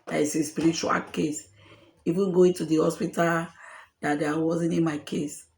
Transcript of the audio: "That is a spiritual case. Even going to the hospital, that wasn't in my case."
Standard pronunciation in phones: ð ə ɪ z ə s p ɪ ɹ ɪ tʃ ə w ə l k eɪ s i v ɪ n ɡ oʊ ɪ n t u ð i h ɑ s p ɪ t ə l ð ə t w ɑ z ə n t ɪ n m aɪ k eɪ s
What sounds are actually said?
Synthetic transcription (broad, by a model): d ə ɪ s ə s p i ɹ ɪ tʃ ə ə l k eɪ s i f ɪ ɡ oʊ ɪ n t u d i h ɑ s p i t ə l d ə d w ɑ z ə n t ɪ n m aɪ k eɪ s